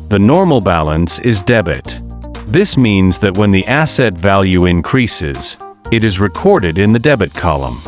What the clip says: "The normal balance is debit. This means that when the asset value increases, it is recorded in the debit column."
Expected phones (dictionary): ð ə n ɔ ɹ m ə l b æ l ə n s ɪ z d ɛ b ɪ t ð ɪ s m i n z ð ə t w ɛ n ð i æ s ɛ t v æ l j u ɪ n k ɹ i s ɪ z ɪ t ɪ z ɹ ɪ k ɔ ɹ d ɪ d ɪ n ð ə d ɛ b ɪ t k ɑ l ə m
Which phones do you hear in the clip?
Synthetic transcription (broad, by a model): ð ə n ɔ ɹ m l b æ l ə n s ɪ z d ɛ b ɪ t ð ɪ s m i n z ð ə t w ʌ n ð i æ s ɛ t v æ l j u ɪ n k ɹ i s ɪ z ɪ t ɪ z ɹ ɪ k ɔ ɹ d ɪ d ɪ n ð ə d ɛ b ɪ t k ɑ l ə m